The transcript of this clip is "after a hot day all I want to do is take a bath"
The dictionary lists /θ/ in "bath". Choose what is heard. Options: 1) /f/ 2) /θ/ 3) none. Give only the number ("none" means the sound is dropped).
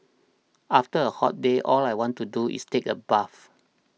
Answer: 1